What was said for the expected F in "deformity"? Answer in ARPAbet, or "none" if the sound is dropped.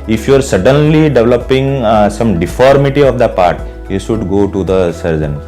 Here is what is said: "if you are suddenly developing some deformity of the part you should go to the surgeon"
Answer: F